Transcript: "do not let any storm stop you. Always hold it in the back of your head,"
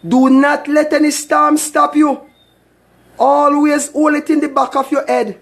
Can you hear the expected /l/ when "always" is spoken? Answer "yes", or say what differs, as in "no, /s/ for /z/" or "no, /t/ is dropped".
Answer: yes